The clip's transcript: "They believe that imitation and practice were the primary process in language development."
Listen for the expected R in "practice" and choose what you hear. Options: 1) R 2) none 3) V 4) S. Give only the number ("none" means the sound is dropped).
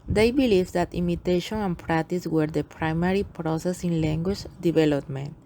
1